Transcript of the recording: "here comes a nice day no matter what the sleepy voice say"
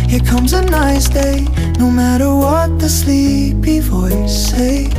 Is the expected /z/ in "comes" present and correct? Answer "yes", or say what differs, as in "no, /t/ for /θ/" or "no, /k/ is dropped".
yes